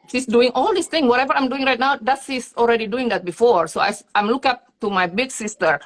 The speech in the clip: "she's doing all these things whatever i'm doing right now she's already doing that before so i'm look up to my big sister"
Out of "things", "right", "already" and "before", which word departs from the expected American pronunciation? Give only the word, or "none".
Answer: things